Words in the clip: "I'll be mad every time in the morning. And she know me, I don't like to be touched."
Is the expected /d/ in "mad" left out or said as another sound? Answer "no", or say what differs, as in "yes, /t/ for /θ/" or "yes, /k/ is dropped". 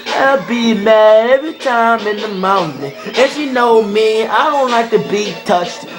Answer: yes, /d/ is dropped